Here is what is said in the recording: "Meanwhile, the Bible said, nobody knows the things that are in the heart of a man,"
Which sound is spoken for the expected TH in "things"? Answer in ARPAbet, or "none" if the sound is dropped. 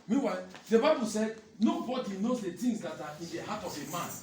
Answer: T